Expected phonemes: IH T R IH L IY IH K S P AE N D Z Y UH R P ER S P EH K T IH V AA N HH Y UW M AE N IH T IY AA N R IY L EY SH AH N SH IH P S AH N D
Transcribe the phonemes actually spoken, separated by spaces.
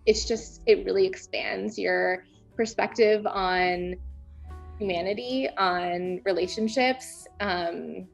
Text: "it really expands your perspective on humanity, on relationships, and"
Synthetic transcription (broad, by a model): IH T R IH L IY IH K S P AE N D Z Y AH R P ER S P EH K T IH V N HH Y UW M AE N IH T IY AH N R IY L EY SH AH N SH IH P S AH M